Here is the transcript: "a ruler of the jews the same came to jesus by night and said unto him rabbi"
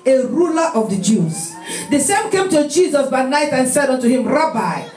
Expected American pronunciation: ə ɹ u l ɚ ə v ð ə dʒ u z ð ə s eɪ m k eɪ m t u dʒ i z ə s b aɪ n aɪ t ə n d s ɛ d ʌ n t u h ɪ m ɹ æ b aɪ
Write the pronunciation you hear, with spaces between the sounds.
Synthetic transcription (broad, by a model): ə ɹ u l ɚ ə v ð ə dʒ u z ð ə s eɪ m k eɪ m t u dʒ i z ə s b aɪ n aɪ t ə n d s ɛ d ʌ n t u h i m ɹ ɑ b aɪ